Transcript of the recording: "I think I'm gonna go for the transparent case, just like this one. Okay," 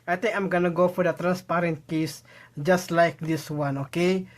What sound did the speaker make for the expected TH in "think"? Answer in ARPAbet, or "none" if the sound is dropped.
T